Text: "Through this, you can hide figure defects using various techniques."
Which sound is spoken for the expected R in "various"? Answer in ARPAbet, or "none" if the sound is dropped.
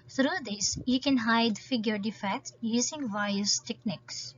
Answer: none